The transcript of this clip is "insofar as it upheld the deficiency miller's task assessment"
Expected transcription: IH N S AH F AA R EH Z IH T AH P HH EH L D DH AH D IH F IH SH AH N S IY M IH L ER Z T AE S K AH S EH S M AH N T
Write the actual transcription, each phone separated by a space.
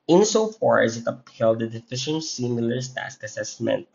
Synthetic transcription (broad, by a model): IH N S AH F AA R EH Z IH T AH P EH L D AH D IH F IH SH AH N S IY M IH L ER S T AE S K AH S EH S M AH N T